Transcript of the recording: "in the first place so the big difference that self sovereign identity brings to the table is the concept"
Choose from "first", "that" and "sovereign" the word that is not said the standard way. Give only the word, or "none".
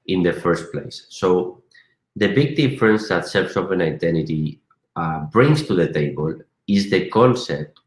sovereign